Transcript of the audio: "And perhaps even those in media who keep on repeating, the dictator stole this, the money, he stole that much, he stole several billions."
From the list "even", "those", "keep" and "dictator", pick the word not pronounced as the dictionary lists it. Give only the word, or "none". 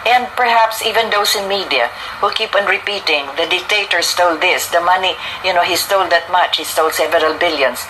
those